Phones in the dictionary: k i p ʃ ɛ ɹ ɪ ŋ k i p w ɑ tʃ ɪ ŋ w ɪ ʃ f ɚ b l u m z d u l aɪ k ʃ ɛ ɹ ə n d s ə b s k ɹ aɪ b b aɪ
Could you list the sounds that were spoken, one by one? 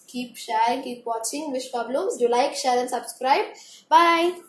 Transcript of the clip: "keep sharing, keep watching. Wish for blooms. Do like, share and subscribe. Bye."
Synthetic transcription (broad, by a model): k i p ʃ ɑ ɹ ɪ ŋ k i p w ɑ tʃ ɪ ŋ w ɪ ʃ p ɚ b l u m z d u l aɪ k ʃ ɛ ɹ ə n s ə b s k ɹ aɪ b b aɪ